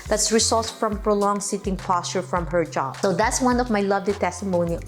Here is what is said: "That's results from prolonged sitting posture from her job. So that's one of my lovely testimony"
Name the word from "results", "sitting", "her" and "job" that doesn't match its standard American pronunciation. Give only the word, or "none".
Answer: results